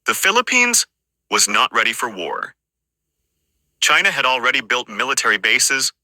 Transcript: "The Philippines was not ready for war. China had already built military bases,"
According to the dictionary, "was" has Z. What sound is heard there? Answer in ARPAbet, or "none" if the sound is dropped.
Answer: Z